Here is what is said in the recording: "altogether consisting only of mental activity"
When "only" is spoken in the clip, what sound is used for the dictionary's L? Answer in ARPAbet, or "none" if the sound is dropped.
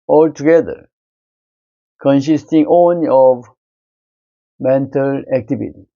none